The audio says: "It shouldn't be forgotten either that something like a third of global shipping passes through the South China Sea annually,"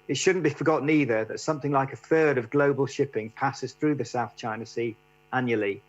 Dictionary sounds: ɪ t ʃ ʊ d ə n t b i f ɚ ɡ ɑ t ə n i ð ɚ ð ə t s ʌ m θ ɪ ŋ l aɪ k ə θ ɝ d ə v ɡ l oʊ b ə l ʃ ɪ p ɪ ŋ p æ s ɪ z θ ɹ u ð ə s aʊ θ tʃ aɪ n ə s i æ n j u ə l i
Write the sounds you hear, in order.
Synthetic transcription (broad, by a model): ɪ t ʃ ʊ d n b i f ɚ ɡ ɑ t n i ð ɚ ð ə t s ʌ m θ ɪ ŋ l aɪ k ə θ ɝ d ə v ɡ l oʊ b ə l ʃ ɪ p ɪ ŋ p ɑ s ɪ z θ ɹ u ð ə s aʊ θ tʃ aɪ n ə s i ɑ n j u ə l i